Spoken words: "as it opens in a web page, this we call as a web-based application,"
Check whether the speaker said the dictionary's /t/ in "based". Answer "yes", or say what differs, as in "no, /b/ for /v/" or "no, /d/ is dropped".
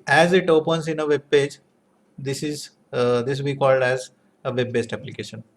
yes